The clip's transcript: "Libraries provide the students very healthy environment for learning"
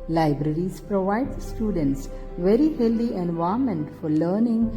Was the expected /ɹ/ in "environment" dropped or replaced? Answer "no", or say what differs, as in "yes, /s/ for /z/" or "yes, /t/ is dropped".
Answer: yes, /ɹ/ is dropped